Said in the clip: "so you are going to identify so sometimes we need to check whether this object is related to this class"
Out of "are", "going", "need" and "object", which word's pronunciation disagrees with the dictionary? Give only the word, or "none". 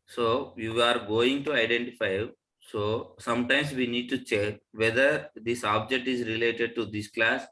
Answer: none